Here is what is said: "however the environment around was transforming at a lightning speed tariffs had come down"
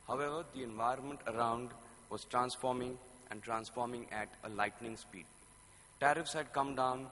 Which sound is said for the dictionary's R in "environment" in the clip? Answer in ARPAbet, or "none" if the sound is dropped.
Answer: R